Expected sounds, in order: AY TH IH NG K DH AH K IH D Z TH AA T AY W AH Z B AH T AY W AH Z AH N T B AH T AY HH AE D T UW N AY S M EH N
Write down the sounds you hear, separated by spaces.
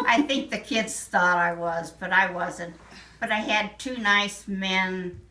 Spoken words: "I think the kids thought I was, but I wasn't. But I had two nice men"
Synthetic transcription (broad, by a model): AY TH IH NG K DH AH K IH D Z TH AA T AY W AH Z B AH T AY W AH Z AH N T B AH T AY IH D T UW N AY S M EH N